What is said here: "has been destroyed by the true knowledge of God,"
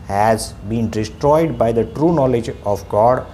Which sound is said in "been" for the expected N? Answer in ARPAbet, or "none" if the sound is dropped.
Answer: N